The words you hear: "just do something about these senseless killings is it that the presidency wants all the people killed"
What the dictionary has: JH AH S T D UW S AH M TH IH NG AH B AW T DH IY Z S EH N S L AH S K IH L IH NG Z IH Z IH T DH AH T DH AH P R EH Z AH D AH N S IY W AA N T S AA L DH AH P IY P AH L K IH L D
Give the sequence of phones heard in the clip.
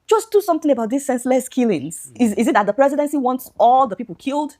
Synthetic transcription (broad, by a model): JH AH S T D UW S AH M TH IH NG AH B AW T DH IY S EH N S L AH S K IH L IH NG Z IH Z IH T DH AH T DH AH P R EH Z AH D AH N S IY W AA N T S AA L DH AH P IY P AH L K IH L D